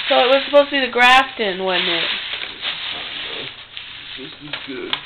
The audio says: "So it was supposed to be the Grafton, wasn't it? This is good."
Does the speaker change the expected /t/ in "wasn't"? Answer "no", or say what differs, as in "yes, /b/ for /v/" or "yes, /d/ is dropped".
yes, /t/ is dropped